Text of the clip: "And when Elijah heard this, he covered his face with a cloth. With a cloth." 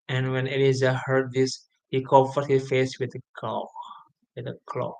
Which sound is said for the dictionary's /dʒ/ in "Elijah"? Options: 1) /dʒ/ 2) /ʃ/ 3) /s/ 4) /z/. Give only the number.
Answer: 4